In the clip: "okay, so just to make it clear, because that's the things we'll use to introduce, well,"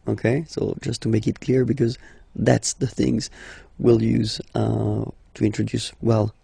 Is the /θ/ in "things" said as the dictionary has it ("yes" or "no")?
yes